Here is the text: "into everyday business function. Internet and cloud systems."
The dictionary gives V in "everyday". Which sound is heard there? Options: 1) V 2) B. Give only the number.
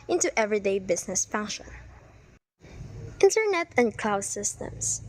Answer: 1